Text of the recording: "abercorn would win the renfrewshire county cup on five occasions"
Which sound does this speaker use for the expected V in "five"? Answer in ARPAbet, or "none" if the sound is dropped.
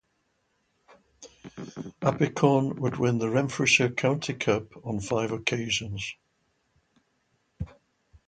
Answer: V